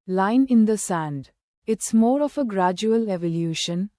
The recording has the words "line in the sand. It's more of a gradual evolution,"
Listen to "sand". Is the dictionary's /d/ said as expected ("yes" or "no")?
yes